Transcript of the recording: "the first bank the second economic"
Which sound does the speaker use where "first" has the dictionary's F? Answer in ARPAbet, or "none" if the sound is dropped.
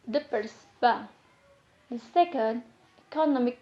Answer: P